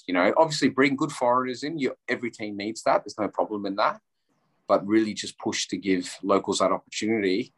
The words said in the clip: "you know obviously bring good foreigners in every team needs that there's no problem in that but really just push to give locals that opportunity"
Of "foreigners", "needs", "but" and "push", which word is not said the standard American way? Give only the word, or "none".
none